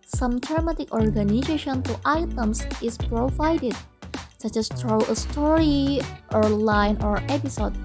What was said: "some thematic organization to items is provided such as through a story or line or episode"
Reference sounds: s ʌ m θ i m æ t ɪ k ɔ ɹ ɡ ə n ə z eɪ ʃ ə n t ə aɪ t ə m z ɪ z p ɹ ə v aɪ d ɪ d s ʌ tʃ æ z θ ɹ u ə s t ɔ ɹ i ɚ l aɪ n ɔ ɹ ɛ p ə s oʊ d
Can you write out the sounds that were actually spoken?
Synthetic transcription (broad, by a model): s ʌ m t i m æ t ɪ k ɔ ɹ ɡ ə n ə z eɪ ʃ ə n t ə aɪ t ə m s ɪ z p ɹ ə v aɪ d ɪ d s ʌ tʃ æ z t ɹ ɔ ə s t ɔ ɹ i ɚ l aɪ n ɔ ɹ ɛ p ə s oʊ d